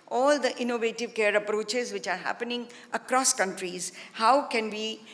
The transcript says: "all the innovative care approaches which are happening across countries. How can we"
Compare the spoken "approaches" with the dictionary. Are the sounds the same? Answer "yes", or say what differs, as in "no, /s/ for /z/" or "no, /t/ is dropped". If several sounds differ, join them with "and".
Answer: yes